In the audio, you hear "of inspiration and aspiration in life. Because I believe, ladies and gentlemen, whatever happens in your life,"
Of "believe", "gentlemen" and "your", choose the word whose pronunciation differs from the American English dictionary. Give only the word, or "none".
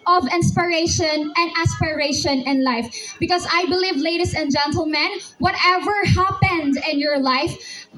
none